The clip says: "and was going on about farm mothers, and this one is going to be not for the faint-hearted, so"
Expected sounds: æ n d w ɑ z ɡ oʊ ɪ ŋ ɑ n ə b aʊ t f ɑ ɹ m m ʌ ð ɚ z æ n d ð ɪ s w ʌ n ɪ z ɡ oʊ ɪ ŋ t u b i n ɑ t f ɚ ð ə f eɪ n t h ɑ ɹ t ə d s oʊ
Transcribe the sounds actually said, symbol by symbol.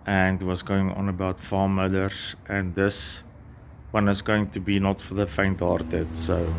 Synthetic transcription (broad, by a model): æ n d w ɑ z ɡ oʊ ɪ ŋ ɑ n ə b aʊ t f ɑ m m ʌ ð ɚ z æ n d ð ɪ s w ʌ n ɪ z ɡ oʊ ɪ ŋ t u b i n ɑ t f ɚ ð ə f eɪ n t h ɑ ɹ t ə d s oʊ